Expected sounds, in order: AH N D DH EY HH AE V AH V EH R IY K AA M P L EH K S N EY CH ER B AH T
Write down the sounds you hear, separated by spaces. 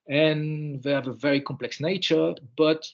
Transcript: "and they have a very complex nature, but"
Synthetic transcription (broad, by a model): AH N DH EY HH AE V AH V EH R IY K AA M P L EH K S N EY CH ER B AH T